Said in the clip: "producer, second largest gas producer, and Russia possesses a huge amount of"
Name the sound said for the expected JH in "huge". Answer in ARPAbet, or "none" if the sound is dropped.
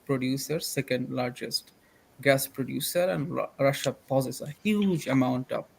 JH